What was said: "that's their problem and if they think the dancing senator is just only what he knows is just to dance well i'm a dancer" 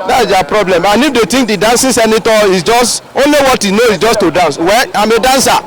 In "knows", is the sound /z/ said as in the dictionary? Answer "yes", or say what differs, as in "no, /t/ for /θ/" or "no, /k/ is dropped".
no, /z/ is dropped